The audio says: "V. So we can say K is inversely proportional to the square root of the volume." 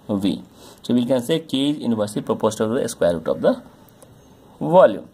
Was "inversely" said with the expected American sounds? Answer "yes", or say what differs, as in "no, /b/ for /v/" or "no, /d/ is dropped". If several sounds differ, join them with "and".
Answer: no, /l/ is dropped